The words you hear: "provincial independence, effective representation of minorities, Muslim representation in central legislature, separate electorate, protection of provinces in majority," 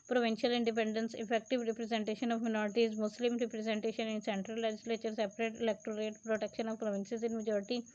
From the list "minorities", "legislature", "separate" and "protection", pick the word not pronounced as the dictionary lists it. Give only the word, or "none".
none